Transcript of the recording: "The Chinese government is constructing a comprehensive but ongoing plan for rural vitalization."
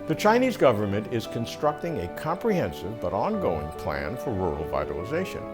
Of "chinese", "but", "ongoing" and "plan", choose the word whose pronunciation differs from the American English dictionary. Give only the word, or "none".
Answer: none